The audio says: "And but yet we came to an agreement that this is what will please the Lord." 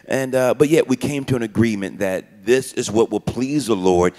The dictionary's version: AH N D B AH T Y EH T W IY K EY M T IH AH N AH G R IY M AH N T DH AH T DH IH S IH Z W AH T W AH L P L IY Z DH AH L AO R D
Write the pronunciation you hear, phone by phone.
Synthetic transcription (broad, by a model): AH N B AH T Y EH T W IY K EY M T IH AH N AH G R IY M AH N DH AH T DH IH S IH Z W AH T W AH L P L IY Z DH AH L AO R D